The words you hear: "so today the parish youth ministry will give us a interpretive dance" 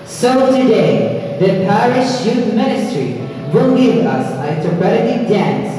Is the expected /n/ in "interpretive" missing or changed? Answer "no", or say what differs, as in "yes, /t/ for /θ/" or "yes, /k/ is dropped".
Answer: yes, /n/ is dropped